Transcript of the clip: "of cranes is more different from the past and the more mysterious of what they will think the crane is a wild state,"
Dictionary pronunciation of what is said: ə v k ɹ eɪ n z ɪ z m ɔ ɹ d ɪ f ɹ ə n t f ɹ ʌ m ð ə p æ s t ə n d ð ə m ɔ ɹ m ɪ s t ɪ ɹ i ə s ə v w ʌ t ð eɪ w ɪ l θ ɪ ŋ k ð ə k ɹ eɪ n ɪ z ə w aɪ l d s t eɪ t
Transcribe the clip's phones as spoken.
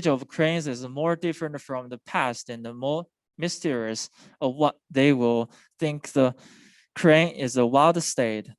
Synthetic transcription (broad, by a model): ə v k ɹ eɪ n z ɪ z m ɔ ɹ d ɪ f ɹ ə n t f ɹ ʌ m ð ə p æ s t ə n ð ə m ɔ m ɪ s t ɪ ɹ i ə s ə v w ʌ t ð eɪ w ɪ l θ ɪ ŋ k ð ə k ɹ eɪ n ɪ z ə w aɪ l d s t eɪ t